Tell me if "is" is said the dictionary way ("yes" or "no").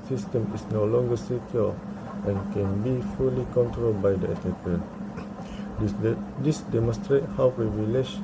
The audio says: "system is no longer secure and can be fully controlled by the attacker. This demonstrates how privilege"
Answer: no